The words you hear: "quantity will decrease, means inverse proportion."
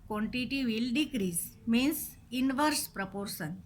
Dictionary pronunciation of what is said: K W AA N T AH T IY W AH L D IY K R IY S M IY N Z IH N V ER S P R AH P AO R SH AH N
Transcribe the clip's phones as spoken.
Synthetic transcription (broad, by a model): K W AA N T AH T IY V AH L D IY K R IY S M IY N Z IH N V ER S P R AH P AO R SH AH N